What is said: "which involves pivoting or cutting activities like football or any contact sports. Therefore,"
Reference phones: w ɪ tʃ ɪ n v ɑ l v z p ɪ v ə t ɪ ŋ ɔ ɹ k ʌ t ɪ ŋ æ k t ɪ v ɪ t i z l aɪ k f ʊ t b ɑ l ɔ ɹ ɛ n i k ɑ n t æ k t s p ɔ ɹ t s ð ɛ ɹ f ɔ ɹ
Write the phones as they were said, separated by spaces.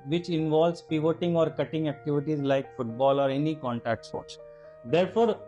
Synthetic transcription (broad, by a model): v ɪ tʃ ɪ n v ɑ l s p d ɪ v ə t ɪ ŋ ɔ ɹ k ʌ t ɪ ŋ æ k t ɪ v ɪ t i z l aɪ k f ʊ t b ɑ l ɔ ɹ ɛ n i k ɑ n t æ k t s ɔ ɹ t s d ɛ ɹ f ɔ ɹ